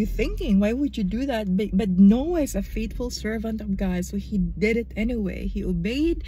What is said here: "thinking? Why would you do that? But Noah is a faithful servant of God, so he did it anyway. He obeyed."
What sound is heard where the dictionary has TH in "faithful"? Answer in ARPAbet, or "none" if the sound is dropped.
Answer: T